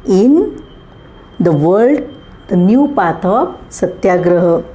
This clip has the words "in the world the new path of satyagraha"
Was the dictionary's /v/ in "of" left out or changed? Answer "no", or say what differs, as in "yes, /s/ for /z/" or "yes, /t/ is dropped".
yes, /p/ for /v/